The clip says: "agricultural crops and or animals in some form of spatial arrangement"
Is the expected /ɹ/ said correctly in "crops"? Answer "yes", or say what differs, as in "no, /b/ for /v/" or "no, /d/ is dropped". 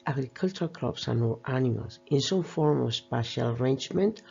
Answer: no, /l/ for /ɹ/